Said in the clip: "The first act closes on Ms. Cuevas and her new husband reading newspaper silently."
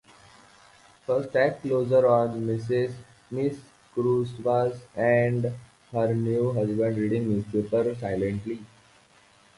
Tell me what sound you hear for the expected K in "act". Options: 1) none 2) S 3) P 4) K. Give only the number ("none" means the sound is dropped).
1